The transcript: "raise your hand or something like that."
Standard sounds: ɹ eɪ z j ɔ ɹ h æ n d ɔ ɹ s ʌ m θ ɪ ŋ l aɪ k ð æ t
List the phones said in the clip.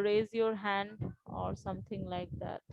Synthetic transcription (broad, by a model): ɹ eɪ z j ɔ ɹ h æ n d ɔ ɹ s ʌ m t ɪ ŋ l aɪ k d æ t